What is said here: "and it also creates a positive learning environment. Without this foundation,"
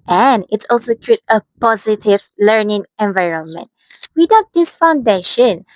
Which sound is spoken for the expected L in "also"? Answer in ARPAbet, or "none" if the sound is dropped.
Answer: L